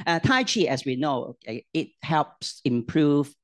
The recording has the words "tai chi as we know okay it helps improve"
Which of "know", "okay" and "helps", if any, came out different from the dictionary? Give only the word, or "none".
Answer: none